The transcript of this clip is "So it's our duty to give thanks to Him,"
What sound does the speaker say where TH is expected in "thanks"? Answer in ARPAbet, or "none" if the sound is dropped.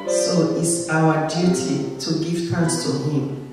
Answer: T